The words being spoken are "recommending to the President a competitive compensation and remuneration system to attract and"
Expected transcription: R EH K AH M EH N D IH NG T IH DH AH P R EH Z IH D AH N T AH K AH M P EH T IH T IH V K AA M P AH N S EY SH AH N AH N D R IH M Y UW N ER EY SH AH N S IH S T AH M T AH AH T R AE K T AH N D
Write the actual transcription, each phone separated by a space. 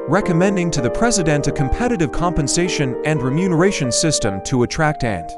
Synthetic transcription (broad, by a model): R EH K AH M EH N D IH NG T IH DH AH P R EH Z IH D AH N T AH K AH M P EH T IH T IH V K AA M P AH N S EY SH AH N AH N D R IH M Y UW N ER EY SH AH N S IH S T AH M T AH AH T R AE K T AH N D